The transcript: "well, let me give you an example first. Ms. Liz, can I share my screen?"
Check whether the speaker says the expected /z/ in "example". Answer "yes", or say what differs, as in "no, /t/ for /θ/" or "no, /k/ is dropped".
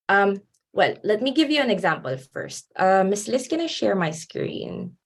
yes